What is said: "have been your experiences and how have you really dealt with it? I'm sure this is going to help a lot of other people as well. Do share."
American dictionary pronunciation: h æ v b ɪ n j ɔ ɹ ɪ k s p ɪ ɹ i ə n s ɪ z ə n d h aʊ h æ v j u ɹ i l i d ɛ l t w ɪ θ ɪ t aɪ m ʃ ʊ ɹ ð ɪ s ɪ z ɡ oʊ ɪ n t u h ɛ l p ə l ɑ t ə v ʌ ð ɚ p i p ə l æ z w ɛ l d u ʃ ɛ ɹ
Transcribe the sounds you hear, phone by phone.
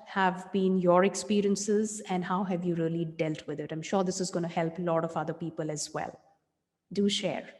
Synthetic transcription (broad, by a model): h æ v b ɪ n j ɔ ɹ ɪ k s p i ɹ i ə n s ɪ z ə n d h aʊ h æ v j u ɹ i l i d ɛ l t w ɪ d ɪ t aɪ m ʃ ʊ ɹ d ɪ s ɪ z ɡ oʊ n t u h ɛ l p l ɑ t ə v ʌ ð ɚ p i p ə l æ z w ɛ l d u ʃ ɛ ɹ